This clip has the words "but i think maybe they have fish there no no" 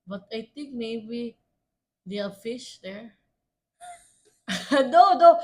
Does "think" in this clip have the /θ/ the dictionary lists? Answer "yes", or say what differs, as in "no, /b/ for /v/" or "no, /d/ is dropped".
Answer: no, /t/ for /θ/